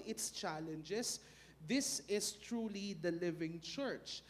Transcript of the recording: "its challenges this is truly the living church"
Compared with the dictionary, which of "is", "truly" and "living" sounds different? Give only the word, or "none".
is